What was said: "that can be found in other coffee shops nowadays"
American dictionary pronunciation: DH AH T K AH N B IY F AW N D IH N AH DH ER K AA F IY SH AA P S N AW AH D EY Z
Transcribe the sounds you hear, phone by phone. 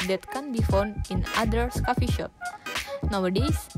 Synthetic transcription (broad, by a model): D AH T K AH N B IY F AW N D IH N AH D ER K AA F IY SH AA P N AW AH D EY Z